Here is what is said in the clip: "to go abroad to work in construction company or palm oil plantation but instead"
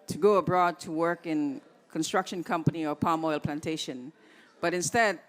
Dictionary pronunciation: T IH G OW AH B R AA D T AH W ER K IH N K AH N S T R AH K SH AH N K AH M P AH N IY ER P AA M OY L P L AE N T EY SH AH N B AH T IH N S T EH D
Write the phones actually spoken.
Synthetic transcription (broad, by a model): T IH G OW AH B R AA D T AH W ER K IH N K AH N S T R AH K SH AH N K AH M P AH N IY ER P AA M OY L P L AE N T EY SH AH N B AH T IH N S T EH D